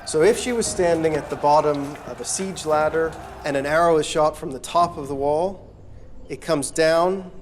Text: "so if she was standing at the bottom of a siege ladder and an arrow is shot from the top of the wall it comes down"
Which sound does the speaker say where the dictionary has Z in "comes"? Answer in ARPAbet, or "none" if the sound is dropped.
Z